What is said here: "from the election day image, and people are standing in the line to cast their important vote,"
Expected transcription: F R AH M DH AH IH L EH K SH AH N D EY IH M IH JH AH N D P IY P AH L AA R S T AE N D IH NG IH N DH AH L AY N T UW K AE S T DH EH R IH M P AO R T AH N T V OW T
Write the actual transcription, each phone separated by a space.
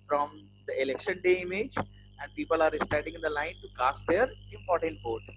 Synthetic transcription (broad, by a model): F R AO M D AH IH L EH K SH AH N D EY IH M IH JH AH N D P IY P AH L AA R S T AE D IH NG IH N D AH L AY N T UW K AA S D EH R IH M P AO R T AH N T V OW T